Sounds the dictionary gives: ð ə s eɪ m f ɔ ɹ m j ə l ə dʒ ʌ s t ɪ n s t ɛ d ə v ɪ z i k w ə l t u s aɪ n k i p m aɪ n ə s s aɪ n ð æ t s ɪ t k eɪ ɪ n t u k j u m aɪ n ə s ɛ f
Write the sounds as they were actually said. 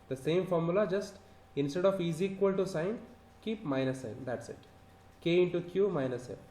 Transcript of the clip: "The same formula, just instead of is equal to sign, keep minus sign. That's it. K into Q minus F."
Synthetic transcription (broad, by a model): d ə s eɪ m f ɔ ɹ m j ə l ə dʒ ʌ s t ɪ n s t ɛ d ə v ɪ z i k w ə l t u s aɪ n k i p m aɪ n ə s s aɪ n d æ t s ɪ t k eɪ ɪ n t u k j u m aɪ n ə s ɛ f